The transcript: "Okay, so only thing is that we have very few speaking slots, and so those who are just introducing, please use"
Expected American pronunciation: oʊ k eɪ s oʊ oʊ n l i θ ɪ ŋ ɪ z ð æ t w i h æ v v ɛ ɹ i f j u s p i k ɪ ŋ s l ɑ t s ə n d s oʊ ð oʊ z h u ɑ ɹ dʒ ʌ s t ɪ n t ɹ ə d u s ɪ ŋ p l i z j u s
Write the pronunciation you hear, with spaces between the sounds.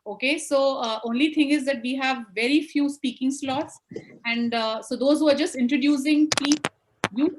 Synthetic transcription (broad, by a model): oʊ k eɪ s oʊ oʊ n l i t ɪ ŋ ɪ z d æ t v i h æ v v ɛ ɹ i f j u s p i k ɪ ŋ s l ɑ t s ə n d s oʊ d oʊ z h u ɑ ɹ dʒ ʌ s t ɪ n t ɹ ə d u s ɪ ŋ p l i j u